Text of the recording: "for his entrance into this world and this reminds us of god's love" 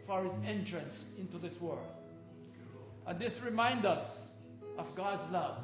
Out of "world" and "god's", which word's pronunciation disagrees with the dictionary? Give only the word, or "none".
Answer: none